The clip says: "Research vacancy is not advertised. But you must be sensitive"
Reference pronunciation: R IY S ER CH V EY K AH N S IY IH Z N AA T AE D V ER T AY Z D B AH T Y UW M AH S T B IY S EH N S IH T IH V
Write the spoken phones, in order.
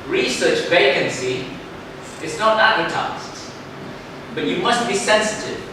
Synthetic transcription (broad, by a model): R IY S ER CH V EY K AH N S IY IH Z N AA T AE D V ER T AY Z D B AH T Y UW M AH S T B IY S EH N S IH T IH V